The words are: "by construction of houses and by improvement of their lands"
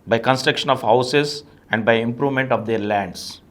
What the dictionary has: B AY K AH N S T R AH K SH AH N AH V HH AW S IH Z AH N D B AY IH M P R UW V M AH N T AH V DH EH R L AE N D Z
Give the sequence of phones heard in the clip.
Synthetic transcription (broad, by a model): B AY K AH N S T R AH K SH AH N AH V HH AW S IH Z AH N D B AY IH M P R UW V M AH N T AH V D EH R L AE N D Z